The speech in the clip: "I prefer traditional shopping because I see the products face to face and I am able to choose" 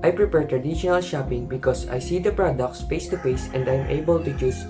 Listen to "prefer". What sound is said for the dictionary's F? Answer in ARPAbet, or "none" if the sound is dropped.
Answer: P